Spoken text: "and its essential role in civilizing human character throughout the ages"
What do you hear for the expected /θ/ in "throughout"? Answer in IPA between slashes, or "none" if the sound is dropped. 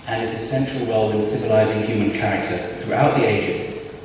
/θ/